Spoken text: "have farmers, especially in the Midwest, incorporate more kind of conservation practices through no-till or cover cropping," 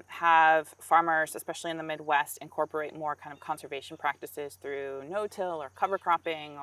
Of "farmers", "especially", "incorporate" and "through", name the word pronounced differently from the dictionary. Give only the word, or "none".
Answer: none